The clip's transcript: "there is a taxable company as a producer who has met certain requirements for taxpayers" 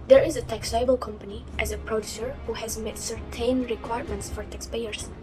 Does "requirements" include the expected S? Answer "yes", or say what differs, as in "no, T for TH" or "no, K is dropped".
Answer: yes